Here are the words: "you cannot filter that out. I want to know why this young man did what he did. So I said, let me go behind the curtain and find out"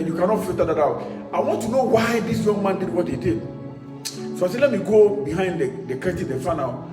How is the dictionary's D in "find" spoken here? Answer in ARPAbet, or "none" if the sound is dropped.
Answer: none